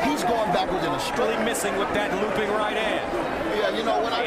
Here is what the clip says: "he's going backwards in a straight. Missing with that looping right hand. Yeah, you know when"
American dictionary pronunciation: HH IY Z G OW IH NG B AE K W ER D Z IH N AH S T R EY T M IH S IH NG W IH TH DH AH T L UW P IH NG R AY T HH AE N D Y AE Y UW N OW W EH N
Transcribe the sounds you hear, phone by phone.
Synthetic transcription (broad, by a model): HH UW Z G OW IH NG B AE K W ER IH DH AH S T L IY M IH S IH NG W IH DH AH T L UW P IH NG R AY T HH AE N D Y AE Y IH N OW W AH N